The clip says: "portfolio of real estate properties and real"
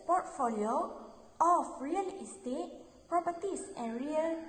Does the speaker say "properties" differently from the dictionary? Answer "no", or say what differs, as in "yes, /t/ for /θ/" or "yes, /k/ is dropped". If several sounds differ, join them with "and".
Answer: yes, /s/ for /z/